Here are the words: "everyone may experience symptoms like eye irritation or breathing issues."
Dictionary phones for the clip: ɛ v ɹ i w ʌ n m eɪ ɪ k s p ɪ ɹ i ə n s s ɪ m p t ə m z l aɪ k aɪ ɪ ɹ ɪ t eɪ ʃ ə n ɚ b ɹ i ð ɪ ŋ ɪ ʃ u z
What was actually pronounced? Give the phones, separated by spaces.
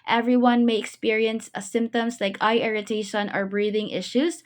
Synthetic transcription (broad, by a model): ɛ v ɹ i w ʌ n m eɪ ɪ k s p ɪ ɹ i ə n s s ɪ m p t ə m z l aɪ k aɪ ɪ ɹ ɪ t eɪ ʃ ə n ɚ b ɹ i ð ɪ ŋ ɪ ʃ u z